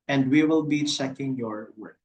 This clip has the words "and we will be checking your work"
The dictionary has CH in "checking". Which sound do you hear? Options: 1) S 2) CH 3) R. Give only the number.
1